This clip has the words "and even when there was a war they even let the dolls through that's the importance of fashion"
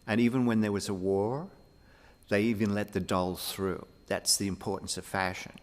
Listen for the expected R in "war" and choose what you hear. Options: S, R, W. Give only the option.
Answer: R